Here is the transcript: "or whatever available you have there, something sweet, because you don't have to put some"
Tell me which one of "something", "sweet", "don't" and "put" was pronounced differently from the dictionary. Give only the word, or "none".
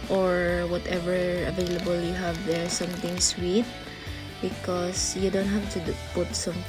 something